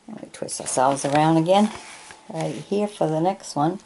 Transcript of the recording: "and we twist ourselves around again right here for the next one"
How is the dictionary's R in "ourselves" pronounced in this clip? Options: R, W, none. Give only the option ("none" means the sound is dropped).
R